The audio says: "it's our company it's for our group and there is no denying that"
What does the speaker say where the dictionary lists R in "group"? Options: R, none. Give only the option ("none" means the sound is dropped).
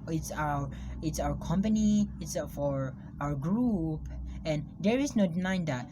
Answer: R